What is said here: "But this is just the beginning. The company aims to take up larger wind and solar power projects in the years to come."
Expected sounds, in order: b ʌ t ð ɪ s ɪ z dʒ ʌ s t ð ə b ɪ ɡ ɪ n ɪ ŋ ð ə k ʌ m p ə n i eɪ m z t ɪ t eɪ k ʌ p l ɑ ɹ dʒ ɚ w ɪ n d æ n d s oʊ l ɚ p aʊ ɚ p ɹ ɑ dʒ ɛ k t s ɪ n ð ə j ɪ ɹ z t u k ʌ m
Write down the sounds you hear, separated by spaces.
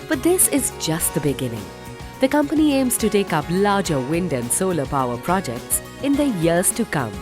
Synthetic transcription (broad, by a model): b ʌ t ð ɪ s ɪ z dʒ ʌ s t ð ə b ɪ ɡ ɪ n ɪ ŋ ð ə k ʌ m p ə n i eɪ m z t ɪ t eɪ k ʌ p l ɑ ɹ dʒ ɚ w ɪ n d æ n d s oʊ l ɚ p aʊ ɚ p ɹ ɑ dʒ ɛ k t s ɪ n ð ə j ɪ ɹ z t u k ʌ m